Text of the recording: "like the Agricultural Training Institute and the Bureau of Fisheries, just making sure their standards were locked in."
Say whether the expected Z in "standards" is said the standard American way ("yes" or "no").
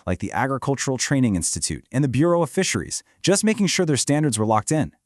yes